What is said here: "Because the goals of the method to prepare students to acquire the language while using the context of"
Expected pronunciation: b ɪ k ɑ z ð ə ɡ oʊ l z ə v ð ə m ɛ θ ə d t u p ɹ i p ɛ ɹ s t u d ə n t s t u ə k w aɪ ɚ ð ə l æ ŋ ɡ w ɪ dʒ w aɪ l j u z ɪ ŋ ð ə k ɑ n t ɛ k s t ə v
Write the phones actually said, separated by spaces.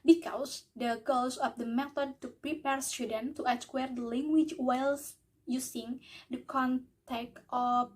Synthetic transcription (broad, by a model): b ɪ k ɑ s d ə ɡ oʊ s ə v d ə m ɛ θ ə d t u p ɹ i p ɛ ɹ s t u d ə n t t u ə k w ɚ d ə l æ ŋ ɡ w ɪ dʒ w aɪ l j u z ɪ ŋ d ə k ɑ n t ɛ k t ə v